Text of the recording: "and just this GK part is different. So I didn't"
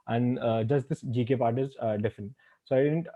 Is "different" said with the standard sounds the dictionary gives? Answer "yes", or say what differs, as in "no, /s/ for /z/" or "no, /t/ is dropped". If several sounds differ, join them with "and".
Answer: no, /ɹ/ is dropped